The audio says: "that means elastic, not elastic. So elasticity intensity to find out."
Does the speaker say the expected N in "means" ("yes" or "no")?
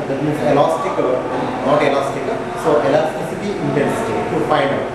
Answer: no